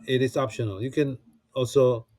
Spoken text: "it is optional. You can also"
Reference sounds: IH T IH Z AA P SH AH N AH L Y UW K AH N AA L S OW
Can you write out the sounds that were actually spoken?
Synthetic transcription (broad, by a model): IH T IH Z AA P SH AH N AH L Y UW K AH N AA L S OW